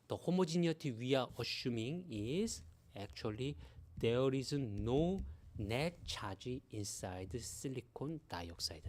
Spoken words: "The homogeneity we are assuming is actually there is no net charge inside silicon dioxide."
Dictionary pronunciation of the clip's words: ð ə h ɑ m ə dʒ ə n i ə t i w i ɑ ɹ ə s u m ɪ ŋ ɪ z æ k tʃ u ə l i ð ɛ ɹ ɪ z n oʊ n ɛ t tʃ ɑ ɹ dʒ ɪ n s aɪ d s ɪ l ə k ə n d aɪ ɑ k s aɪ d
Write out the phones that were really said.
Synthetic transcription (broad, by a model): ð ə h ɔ m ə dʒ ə n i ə t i w i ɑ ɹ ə ʃ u m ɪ ŋ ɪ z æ k tʃ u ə l i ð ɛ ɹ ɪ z n oʊ n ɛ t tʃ ɑ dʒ ɪ n s aɪ d s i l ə k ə n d aɪ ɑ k s aɪ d